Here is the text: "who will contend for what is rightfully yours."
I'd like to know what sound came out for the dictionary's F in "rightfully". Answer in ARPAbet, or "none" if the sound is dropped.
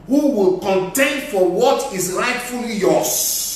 F